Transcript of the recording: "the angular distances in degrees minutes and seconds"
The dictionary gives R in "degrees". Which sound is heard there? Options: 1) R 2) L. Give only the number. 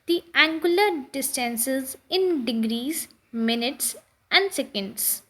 1